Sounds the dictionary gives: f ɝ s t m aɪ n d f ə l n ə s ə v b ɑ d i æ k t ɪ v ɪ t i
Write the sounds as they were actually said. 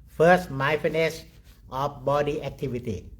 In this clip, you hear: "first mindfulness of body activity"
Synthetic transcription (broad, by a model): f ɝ s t m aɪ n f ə n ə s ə f b ɑ d i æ k t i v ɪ t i